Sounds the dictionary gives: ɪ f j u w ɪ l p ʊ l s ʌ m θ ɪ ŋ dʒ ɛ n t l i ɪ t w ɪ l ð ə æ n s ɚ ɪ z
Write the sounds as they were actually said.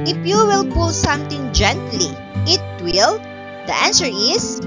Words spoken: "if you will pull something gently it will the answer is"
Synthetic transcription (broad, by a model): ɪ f j u w ɪ l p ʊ l s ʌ m t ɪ ŋ dʒ ɛ n t l i ɪ t w ɪ l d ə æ n s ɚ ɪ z